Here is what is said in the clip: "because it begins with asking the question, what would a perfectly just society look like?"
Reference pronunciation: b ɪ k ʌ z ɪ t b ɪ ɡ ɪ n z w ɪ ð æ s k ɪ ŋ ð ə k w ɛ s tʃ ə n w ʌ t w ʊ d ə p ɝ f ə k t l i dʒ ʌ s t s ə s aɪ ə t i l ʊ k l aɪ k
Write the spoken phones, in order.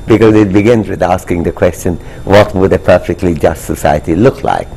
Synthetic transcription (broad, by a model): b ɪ k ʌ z ɪ t b ɪ ɡ ɪ n z w ɪ ð æ s k ɪ ŋ ð ə k w ɛ s tʃ ə n w ʌ t w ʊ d ə p ɝ f ə k t l i dʒ ʌ s t s ə s aɪ ə t i l ʊ k l aɪ k